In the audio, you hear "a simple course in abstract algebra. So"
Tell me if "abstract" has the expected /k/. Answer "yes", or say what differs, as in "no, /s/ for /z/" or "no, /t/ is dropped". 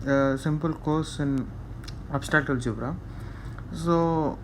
no, /k/ is dropped